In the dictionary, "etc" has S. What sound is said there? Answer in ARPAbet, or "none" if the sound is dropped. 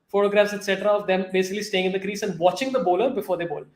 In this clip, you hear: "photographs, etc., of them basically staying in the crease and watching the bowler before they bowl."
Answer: S